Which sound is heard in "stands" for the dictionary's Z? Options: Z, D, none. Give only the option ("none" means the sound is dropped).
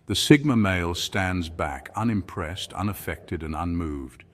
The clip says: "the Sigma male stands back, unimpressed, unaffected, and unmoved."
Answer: Z